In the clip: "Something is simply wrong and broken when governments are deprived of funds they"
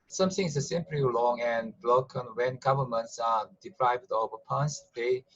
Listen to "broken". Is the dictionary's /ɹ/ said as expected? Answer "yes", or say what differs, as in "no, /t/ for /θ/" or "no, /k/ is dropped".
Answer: no, /l/ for /ɹ/